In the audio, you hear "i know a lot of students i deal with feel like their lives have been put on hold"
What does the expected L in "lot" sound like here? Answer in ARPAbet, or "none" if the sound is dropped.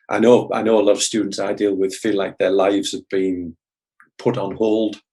N